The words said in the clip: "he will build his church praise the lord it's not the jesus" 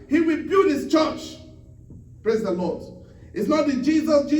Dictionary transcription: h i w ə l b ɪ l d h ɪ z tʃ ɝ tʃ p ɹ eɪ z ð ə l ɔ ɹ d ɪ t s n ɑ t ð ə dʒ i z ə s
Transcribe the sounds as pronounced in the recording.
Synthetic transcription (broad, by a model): h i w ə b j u d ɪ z tʃ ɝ tʃ p ɹ eɪ z ð ə l ɔ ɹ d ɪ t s n ɑ t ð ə dʒ i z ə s